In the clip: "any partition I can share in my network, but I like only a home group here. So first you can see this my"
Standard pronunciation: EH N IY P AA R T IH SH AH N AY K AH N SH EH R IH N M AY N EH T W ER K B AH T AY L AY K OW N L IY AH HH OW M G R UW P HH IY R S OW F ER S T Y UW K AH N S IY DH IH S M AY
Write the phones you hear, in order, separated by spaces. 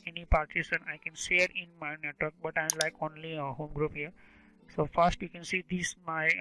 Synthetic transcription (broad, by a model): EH N IY P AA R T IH S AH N AY K AH N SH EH R IH N M AY N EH T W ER K B AH T AY L AY K OW N L IY AH HH OW M G R UW P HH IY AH S OW F ER S T Y UW K AH N S IY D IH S M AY